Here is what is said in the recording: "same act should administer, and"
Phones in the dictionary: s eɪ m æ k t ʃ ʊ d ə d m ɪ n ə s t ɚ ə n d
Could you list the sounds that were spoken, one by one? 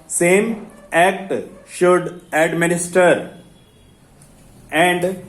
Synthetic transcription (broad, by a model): s eɪ m æ k t ʃ ʊ d ə d m ɪ n ə s t ɚ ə n d